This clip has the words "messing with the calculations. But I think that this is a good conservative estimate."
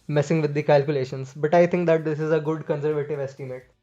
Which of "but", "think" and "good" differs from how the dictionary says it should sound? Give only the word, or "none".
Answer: think